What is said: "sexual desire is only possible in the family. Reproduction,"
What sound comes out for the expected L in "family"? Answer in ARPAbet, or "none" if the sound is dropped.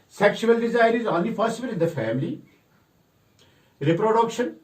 L